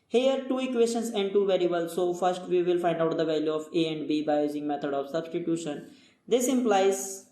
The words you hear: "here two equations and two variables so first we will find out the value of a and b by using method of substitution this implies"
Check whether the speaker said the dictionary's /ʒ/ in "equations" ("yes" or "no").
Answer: no